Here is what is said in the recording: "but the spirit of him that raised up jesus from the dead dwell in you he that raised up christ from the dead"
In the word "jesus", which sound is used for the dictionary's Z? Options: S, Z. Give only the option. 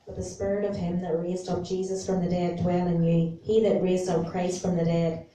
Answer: Z